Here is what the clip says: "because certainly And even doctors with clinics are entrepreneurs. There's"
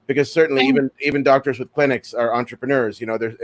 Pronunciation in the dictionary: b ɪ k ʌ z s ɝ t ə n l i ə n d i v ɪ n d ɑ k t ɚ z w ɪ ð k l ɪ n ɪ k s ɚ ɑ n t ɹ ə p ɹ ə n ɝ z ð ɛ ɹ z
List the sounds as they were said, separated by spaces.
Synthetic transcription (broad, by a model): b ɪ k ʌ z s ɝ t n l i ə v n i v ɪ n d ɑ k t ɚ z w ɪ ð k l ɪ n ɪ k s ɚ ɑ n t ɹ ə p ɹ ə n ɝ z ð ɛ ɹ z